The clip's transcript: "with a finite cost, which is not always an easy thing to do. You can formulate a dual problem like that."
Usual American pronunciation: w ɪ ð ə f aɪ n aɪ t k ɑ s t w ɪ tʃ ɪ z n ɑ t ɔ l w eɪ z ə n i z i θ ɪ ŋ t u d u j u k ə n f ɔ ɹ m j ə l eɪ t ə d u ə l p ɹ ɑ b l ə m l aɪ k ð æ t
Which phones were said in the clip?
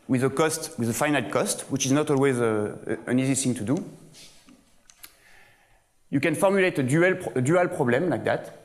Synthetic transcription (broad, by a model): w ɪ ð ə f aɪ n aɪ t k ɑ s t w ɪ tʃ ɪ z n ɑ t ɔ l w eɪ z ə n i z i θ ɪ ŋ t u d u j u k ə n f ɔ ɹ m j ə l eɪ t ə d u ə l p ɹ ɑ b l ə m l aɪ k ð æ t